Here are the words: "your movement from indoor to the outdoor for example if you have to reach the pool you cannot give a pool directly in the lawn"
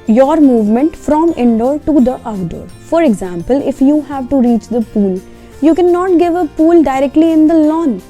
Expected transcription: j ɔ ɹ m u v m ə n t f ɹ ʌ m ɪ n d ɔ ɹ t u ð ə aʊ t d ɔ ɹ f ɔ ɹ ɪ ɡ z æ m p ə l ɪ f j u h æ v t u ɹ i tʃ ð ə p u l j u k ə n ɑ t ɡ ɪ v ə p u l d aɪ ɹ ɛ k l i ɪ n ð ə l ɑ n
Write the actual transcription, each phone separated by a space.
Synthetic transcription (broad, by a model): j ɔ ɹ m u v m ə n t f ɹ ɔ m ɪ n d ɔ ɹ t u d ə t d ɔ ɹ f ɔ ɹ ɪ ɡ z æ m p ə l ɪ f j u h æ v t u ɹ i tʃ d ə p u l j u k ə n ɑ t ɡ ɪ v ə p u l d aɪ ɹ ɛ k l i ɪ n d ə l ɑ n